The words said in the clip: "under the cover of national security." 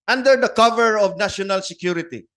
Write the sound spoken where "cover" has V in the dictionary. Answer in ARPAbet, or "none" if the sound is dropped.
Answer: V